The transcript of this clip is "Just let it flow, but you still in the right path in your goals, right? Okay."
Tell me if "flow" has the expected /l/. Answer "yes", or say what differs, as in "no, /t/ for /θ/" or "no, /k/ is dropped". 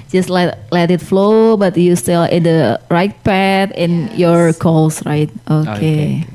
yes